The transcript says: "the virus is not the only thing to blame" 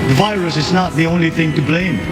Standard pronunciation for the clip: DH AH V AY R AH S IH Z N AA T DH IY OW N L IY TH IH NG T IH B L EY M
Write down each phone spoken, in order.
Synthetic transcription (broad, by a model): DH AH V AY R AH S IH Z N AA T DH IY OW N L IY TH IH NG T IH B L EY M